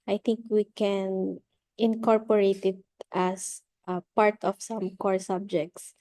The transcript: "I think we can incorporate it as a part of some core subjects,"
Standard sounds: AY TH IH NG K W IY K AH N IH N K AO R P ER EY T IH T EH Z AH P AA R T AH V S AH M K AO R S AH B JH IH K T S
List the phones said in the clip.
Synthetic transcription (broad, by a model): AY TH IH NG K W IY K AH N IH N K AO R P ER EY T IH T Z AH P AA R T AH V S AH M K AO R S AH B JH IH K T S